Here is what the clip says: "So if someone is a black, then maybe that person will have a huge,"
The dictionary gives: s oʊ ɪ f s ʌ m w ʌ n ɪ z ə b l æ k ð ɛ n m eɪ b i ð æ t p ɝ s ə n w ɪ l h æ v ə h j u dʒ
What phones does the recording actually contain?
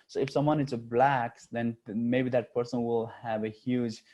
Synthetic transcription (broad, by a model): s oʊ ɪ f s ʌ m w ʌ n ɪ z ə b l æ k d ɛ n m eɪ b i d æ t p ɝ s ə n w ɪ l h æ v ə h j u dʒ